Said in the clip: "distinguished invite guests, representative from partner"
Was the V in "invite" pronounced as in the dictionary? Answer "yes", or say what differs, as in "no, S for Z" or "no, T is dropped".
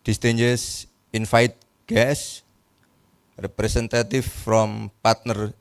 no, F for V